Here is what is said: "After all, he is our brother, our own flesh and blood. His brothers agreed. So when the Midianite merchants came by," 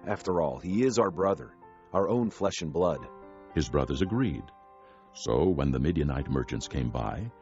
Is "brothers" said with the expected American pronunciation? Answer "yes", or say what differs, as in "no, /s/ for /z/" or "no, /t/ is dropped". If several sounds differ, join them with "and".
yes